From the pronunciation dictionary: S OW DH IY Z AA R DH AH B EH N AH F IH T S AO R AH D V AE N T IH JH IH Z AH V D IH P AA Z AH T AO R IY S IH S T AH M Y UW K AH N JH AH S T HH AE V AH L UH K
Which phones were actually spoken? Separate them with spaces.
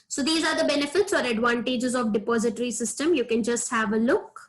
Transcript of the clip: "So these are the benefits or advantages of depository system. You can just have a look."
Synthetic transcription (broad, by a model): S OW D IY Z AA R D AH B EH N AH F IH T S AO R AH D V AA N T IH JH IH Z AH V D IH P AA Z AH T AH R IY S IH S T AH M Y UW K AH N JH AH S T HH AE V AH L UH K